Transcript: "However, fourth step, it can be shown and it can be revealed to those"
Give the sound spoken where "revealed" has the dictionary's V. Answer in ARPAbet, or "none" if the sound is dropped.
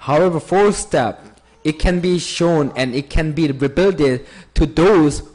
B